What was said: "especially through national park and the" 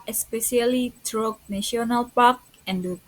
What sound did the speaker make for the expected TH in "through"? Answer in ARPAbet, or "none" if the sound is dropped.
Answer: T